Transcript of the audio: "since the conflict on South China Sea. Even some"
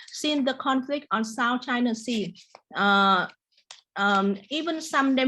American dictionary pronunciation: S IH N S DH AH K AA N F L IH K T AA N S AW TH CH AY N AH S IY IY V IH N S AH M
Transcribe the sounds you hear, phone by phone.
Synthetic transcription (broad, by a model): S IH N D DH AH K AA N F L IH K T AA N S AW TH CH AY N AH S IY IY V IH N S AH M